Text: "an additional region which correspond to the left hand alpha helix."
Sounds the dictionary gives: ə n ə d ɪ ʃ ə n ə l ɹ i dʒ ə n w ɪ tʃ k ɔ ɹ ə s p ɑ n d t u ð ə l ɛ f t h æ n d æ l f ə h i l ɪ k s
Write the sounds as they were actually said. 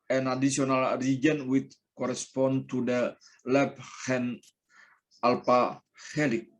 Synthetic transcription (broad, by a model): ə n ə d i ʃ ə n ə l ɹ i dʒ ə n w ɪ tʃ k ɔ ɹ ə s p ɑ n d t u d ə l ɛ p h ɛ n ɑ l p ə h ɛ l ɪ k